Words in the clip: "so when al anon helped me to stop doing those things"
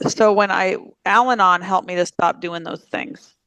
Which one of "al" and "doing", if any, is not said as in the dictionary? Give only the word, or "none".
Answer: none